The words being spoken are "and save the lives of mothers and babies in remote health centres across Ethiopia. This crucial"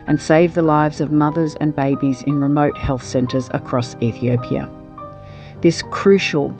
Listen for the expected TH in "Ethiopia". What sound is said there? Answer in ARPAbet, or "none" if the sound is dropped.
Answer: TH